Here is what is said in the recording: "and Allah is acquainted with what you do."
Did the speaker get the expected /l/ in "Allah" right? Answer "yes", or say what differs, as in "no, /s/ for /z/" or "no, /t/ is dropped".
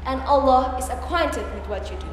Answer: yes